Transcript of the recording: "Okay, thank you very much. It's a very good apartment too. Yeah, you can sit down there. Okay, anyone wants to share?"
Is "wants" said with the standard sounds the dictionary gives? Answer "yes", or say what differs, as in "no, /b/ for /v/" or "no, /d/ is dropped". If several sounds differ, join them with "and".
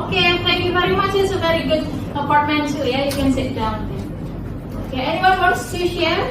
no, /n/ is dropped